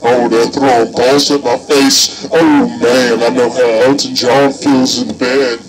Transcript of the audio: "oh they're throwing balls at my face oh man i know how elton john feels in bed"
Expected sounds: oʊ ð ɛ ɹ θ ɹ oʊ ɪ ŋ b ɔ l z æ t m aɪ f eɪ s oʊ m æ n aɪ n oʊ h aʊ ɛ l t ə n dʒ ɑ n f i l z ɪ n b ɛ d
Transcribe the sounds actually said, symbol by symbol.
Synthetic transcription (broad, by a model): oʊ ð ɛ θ ɹ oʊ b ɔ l s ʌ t m aɪ f eɪ s oʊ m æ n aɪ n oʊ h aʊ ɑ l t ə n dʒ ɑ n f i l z ɪ n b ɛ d